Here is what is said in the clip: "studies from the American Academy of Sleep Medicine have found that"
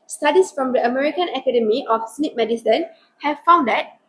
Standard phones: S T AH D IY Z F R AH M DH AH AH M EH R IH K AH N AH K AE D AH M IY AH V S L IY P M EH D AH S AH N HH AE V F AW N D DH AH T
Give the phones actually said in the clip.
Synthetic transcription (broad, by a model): S T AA D IY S F R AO M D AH AH M EH R IH K AH N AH K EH D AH M IY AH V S N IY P M EH D AH S AH N HH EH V F AW N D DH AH T